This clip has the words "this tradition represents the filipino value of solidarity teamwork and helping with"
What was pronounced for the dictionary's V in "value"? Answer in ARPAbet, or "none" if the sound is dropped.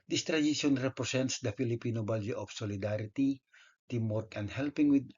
B